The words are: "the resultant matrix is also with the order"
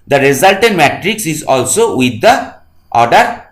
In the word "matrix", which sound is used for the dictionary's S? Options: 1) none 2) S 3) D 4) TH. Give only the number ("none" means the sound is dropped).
2